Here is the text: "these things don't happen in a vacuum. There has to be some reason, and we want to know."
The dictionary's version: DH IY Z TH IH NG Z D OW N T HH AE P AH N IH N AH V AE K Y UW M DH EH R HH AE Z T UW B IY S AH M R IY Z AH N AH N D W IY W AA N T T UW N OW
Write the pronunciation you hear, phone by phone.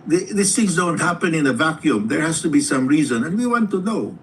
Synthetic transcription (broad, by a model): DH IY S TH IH NG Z D OW N T HH AE P AH N IH N AH V AE K Y UW M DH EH R HH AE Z T UW B IY S AH M R IY Z AH N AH N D W IY W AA N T T UW N OW